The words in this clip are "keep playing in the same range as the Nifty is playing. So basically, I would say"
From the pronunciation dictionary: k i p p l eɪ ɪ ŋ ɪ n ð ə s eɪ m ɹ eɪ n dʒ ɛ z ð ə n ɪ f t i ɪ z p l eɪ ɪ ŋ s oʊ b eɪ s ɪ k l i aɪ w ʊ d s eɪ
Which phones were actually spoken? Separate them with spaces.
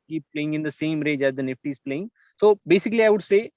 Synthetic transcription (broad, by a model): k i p p l eɪ ɪ ŋ ɪ n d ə s eɪ m ɹ eɪ dʒ ɛ z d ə n ɪ f t i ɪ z p l eɪ ɪ ŋ s oʊ b eɪ s ɪ k l i aɪ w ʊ d s eɪ